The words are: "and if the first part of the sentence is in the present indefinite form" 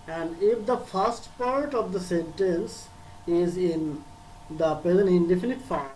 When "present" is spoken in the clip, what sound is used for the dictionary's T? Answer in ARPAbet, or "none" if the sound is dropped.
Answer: none